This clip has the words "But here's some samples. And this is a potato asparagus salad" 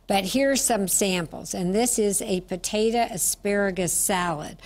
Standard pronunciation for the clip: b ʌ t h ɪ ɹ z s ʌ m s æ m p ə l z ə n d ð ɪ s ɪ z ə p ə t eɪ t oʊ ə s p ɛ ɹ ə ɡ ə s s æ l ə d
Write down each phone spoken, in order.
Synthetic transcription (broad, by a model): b ʌ t h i ɹ s ʌ m s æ m p l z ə n ð ɪ s ɪ z ə p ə t eɪ t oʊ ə s p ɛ ɹ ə ɡ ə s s æ l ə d